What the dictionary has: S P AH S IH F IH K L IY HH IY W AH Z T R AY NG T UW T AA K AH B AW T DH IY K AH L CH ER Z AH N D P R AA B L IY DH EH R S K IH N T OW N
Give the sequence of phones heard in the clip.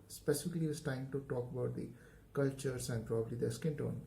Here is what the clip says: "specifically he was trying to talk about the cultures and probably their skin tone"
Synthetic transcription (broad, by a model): S P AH S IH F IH K L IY IY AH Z T AY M T UW T AA K AH B AW T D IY K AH L CH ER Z AH N D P R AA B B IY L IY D S K IH N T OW N